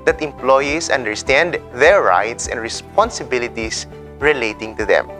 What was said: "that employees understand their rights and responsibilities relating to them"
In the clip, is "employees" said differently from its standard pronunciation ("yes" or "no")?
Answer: yes